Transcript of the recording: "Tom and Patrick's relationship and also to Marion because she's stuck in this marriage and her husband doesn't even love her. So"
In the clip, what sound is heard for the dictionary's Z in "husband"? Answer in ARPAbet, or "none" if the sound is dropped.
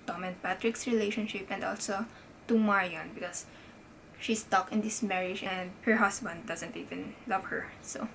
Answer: S